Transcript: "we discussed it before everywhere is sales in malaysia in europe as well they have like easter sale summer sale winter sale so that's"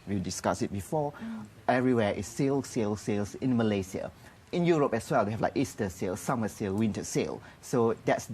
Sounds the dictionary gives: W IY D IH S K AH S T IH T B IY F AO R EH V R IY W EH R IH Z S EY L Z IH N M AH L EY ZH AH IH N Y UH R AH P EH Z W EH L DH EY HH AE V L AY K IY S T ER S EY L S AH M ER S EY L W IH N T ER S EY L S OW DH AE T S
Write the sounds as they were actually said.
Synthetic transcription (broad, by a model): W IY D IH S K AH S IH T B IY F AO EH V R IY W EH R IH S S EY L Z IH N M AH L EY S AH IH N Y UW R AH P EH S W EH L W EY HH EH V L AY K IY S T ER S EY L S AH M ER S EY L W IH N T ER S EY L S OW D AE T S